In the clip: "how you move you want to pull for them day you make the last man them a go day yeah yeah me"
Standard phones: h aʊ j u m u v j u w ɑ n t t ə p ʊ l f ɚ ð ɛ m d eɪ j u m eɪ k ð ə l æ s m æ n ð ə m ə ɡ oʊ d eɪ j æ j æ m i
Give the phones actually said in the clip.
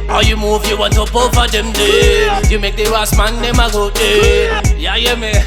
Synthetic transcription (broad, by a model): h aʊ j u m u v j u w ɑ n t t ə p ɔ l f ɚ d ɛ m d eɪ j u m eɪ k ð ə w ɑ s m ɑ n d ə m ə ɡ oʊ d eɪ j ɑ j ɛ m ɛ